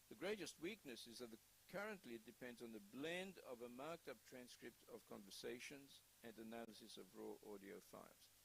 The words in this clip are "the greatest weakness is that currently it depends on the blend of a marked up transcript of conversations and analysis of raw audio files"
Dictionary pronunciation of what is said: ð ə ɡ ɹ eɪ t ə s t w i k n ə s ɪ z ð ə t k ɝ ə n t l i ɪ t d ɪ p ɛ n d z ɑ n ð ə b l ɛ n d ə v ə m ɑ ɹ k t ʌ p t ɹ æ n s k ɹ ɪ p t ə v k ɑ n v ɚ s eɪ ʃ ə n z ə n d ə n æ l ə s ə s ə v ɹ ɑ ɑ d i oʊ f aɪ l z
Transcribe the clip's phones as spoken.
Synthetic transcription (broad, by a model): ð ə ɡ ɹ eɪ t ə s t w i k n ə s ɪ z ð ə t k ɝ ə n t l i ɪ t d ɪ p ɛ n d z n ð ə b l ɛ n d ə v ə m ɑ ɹ k t ʌ p t ɹ æ n s k ɹ ɪ p t ə v k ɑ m v ɚ s eɪ ʃ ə n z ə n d ə n æ l ə s ə s ə v ɹ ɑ ɑ d i oʊ f aɪ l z